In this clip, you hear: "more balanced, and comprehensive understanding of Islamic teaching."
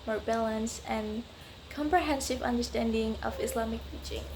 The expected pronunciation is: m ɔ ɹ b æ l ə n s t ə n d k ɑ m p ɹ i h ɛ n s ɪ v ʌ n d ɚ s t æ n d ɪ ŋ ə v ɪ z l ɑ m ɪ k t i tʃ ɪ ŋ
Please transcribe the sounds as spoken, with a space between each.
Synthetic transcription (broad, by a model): m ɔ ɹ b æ l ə n s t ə n k ɑ m p ɹ i h ɛ n s ɪ v ʌ n d ɚ s t æ n d ɪ ŋ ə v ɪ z l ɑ m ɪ k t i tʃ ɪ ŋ